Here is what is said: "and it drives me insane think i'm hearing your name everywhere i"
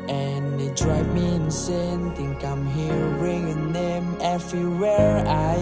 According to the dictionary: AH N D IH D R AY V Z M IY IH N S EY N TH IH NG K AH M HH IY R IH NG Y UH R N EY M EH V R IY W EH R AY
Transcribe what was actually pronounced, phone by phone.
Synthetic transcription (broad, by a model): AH N IH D R AY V M IY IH N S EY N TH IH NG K AH M HH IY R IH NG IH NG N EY M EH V R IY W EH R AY